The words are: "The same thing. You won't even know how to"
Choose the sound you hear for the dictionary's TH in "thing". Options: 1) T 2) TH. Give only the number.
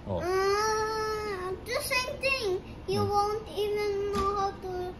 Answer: 1